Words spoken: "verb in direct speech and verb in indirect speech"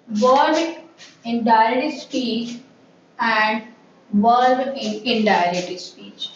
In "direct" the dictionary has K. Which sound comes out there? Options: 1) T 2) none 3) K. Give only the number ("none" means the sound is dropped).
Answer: 2